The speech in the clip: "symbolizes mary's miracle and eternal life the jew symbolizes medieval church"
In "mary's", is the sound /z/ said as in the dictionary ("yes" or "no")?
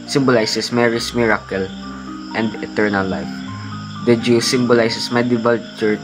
no